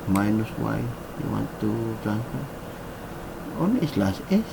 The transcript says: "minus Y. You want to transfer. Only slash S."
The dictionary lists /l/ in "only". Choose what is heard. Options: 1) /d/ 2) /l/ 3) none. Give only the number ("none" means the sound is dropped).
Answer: 3